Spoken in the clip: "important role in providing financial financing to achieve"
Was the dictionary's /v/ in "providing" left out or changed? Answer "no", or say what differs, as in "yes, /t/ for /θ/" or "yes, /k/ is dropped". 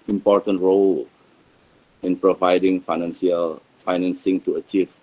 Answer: no